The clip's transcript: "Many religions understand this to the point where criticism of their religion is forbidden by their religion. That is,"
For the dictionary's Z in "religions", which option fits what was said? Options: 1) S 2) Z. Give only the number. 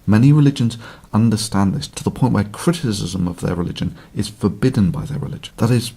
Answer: 2